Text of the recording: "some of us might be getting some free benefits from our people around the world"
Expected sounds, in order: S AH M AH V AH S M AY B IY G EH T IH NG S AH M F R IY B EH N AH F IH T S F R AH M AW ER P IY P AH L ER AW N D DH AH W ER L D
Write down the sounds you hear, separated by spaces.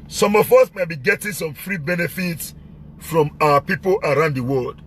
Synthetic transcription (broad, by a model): S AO M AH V AH S M AY B IY G EH T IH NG S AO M F R IY B EH N AH F IH T S F R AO M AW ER P IY P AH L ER AW N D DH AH W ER L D